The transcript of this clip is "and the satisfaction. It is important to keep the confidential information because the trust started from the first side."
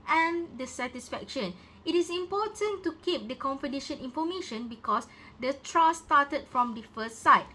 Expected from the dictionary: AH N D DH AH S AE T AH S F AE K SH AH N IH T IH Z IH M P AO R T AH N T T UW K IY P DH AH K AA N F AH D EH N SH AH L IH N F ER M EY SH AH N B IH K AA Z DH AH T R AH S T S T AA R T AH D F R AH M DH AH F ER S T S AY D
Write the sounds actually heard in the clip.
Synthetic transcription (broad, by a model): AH N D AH S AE T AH S F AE K SH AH N IH T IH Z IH M P AO T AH N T T UW K IY P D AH K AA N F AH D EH SH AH N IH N F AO M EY SH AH N B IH K AA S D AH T R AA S S T AA T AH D F R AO M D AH F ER S T S AY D